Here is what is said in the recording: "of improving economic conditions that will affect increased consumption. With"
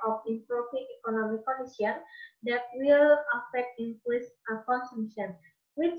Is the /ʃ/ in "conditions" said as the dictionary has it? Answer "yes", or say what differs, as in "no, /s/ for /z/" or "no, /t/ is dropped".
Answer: no, /ʃ/ is dropped